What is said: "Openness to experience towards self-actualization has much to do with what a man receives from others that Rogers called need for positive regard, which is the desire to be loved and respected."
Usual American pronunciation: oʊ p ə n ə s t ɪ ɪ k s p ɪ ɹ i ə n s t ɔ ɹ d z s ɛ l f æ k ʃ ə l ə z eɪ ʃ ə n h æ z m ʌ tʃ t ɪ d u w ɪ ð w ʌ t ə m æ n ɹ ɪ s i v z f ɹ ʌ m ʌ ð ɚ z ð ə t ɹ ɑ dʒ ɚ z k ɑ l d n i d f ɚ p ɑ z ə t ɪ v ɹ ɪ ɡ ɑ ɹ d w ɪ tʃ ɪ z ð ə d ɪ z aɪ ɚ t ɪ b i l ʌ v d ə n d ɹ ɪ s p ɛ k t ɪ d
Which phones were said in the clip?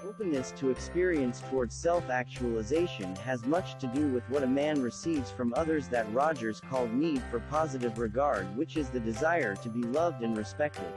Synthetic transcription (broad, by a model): oʊ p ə n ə s t ɪ ɪ k s p ɪ ɹ i ə n s t ɔ ɹ d z s ɛ l f æ k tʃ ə l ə z eɪ ʃ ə n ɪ z m ʌ tʃ t ɪ d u w ɪ ð w ʌ t ə m æ n ɹ ɪ s i v z f ɹ ʌ m ʌ ð ɚ z ð ə t ɹ ɑ dʒ ɚ z k ɑ l d n i d f ɚ p ɑ z ə t ɪ v ɹ ɪ ɡ ɑ ɹ d w ɪ tʃ ɪ z ð ə d ɪ z aɪ ɚ t ɪ b i l ʌ v d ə n ɹ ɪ s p ɛ k t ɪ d